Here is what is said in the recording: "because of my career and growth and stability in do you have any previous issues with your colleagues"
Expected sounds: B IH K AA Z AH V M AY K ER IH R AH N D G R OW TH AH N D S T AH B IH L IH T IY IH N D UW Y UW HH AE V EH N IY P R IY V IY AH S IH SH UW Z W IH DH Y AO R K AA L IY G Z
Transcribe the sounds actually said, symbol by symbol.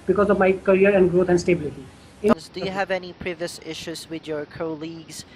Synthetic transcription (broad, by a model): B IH K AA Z AH V M AY K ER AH R AH N D G R OW T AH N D S T AH B IH L IH T IY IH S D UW Y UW HH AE V EH N IY P R IY V IY AH S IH SH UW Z W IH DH Y AO R K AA L IY G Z